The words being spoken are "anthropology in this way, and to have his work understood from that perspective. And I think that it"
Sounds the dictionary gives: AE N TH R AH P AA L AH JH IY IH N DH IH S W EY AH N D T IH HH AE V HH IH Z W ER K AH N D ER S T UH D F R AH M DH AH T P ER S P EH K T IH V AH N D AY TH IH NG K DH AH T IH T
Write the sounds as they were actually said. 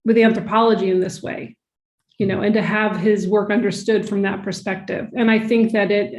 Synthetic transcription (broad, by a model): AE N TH R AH P AA L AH JH IY IH N DH IH S W EY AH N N T IH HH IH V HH IH Z W ER K AH N D ER S T UH D F R AH M DH AH T P ER S P EH K T IH V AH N AY TH IH NG K DH AH T IH T